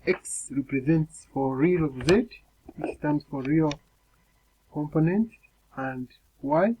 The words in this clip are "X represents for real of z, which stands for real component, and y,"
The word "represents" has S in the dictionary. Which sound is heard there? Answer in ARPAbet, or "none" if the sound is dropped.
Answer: S